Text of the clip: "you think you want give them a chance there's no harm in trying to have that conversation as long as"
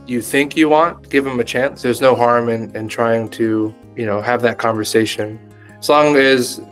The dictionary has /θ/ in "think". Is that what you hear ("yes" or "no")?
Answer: yes